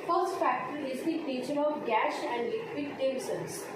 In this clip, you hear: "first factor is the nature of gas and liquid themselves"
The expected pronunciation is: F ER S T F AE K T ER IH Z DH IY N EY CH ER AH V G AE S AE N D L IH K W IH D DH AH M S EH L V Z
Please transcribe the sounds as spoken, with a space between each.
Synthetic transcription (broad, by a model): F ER S T F AE K T ER IH Z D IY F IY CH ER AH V G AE SH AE N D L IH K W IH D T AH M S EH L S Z